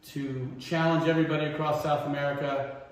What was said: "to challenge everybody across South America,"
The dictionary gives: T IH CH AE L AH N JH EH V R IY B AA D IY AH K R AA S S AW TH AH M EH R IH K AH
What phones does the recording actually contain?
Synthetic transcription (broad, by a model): T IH CH AE L AH N JH EH V R IY B AA D IY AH K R AA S S AW TH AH M EH R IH K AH